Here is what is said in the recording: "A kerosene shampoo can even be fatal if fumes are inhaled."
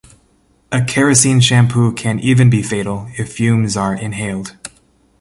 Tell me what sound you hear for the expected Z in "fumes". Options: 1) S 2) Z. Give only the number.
2